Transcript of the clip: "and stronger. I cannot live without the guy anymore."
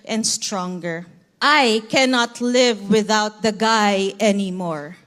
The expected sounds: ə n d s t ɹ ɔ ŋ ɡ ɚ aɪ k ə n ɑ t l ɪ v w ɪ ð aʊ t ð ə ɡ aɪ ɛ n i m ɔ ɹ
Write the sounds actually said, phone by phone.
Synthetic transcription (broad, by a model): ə n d s t ɹ ɔ ŋ ɡ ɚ aɪ k ə n ɑ t l ɪ v w ɪ ð aʊ t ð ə ɡ aɪ ɛ n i m ɔ ɹ